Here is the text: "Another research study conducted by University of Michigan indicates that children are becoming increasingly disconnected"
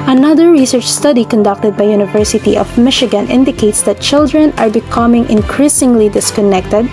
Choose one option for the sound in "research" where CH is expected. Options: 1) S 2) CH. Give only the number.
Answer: 2